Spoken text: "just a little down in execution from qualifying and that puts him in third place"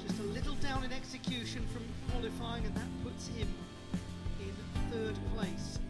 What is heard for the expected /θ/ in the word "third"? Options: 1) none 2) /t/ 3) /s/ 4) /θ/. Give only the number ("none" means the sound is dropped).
4